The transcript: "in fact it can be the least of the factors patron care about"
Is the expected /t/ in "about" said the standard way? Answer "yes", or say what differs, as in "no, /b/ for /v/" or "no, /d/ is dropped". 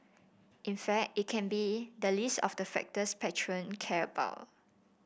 no, /t/ is dropped